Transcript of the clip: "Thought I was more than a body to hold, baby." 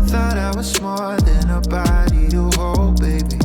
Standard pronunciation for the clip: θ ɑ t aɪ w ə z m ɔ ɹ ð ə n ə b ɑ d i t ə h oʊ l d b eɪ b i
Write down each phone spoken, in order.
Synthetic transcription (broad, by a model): θ ɑ t aɪ w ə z m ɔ l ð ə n ə b ɑ d i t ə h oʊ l b eɪ b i